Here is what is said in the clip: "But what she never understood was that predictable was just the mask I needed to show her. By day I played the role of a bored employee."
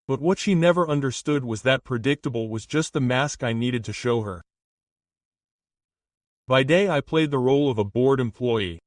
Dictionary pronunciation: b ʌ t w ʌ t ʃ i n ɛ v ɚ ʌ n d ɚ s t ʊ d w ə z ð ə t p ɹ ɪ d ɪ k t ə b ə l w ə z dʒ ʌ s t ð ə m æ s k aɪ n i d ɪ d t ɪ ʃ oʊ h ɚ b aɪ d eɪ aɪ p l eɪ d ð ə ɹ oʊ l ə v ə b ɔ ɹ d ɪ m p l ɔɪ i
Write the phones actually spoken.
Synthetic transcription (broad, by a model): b ʌ t w ʌ t ʃ i n ɛ v ɚ ʌ n d ɚ s t ʊ d w ə z ð ə t p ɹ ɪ d ɪ k t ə b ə l w ə z dʒ ʌ s t ð ə m æ s k aɪ n i d ɪ d t ɪ ʃ oʊ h ɚ b aɪ d eɪ aɪ p l eɪ d ð ə ɹ oʊ l ə v ə b ɔ ɹ d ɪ m p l ɔɪ i